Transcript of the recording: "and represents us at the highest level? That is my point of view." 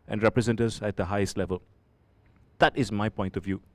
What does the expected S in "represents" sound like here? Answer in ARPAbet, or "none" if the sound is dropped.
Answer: none